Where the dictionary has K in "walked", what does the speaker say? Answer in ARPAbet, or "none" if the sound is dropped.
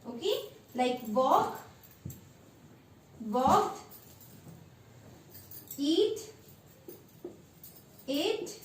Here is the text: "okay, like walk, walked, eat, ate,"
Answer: none